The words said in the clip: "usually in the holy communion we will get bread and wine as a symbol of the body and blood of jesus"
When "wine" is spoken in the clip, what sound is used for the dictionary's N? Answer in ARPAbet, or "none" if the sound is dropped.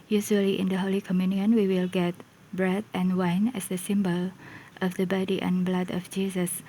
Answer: N